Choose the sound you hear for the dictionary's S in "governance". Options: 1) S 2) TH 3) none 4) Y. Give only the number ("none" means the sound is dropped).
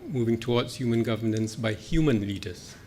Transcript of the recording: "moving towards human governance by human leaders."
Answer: 1